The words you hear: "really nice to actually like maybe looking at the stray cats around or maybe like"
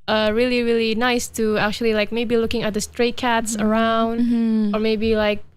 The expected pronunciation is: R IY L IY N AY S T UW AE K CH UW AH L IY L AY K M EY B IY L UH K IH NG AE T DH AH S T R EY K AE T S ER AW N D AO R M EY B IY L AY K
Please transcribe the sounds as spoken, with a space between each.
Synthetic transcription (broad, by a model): R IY L IY N AY S T UW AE K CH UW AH L IY L AY K M EY B IY L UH K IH NG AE T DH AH S T R EY K AE T S ER AW N D AO R M EY B IY L AY K